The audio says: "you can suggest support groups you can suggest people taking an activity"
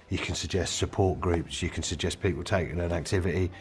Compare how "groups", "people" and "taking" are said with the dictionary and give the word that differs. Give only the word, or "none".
taking